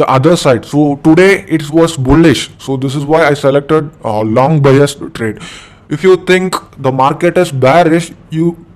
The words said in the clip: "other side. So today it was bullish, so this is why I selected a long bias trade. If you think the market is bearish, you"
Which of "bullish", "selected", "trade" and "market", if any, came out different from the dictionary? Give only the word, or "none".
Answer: none